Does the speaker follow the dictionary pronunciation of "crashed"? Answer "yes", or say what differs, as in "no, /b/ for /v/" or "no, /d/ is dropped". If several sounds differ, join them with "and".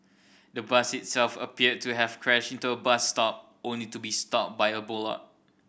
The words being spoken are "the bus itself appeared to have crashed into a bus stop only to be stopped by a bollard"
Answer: no, /t/ is dropped